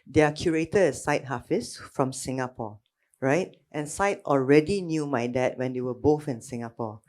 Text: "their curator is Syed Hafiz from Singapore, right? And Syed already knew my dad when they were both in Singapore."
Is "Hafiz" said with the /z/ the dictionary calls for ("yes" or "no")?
no